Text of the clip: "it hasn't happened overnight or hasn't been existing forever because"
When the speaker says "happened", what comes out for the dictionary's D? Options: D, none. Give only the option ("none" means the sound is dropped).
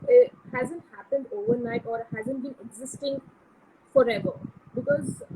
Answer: D